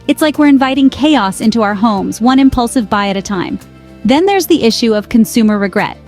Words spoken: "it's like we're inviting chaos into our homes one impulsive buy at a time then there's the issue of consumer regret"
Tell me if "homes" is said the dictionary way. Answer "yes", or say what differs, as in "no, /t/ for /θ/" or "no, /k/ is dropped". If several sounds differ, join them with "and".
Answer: yes